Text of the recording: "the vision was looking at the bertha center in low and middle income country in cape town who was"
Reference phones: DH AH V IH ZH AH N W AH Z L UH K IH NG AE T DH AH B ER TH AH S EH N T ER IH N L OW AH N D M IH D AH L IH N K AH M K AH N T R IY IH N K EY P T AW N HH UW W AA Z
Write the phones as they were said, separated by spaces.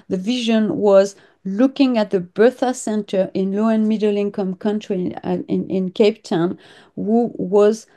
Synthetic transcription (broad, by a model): DH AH V IH ZH AH N W AH Z L UH K IH NG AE T DH AH B ER TH AH S EH N T ER IH N L OW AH N M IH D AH L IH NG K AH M K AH N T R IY IH N K EY P T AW N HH UW W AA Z